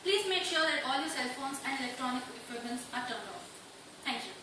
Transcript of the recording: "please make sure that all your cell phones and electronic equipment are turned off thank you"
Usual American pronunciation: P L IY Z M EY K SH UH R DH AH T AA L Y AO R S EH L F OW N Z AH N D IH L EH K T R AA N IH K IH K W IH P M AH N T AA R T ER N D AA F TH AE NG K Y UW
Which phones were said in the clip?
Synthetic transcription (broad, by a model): P L IY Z M EY K SH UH R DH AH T AA L Y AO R S EH L F OW N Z AH N D IH L EH K T R AA N IH K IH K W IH M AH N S AA R T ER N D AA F T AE NG K Y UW